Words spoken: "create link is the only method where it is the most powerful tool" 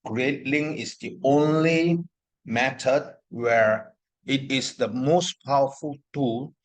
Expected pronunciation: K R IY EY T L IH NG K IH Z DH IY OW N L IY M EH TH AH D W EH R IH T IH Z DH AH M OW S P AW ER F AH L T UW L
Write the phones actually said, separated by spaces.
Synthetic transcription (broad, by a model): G R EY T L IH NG IH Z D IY OW N L IY M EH T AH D W EH R IH T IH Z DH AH M OW S P AW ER F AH L T UW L